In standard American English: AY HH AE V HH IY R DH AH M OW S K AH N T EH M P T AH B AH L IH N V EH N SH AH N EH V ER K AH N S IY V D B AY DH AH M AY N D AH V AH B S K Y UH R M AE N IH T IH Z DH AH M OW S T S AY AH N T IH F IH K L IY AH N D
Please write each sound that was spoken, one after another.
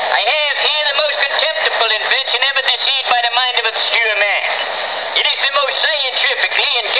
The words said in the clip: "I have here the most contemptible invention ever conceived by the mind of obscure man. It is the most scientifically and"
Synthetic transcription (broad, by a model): AY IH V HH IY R DH AH M OW S K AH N T EH M P T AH B L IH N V EH N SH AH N EH V ER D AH S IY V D B AY DH AH M AY N D AH V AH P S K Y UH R M AE N IH T IH Z DH AH M OW S T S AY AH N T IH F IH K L IY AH N